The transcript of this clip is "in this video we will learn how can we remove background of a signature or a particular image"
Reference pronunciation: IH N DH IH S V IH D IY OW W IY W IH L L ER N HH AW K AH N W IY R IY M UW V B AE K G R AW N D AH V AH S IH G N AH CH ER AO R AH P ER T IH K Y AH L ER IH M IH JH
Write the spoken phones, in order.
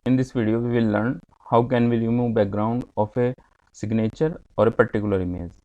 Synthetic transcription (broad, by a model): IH N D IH S V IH D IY OW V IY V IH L L ER N HH AW K AH N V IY L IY M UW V B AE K G R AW N D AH F AH S IH G N AH CH ER AO R AH P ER T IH K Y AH L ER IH M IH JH